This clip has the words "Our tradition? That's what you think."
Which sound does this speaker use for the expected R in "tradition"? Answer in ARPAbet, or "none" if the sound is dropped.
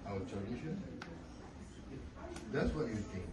none